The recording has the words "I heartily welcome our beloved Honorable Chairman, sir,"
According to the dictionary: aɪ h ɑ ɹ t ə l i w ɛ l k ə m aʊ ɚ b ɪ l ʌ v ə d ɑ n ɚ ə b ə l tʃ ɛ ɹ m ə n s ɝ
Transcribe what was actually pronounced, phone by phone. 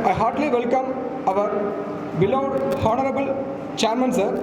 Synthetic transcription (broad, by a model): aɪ h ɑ ɹ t l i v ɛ l k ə m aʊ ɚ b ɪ l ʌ ə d ɑ n ɚ ə b ə l tʃ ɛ ɹ m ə n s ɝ